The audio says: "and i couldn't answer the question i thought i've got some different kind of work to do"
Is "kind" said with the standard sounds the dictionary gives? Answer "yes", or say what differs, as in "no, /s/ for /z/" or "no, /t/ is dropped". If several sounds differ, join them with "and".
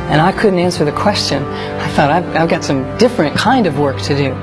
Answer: yes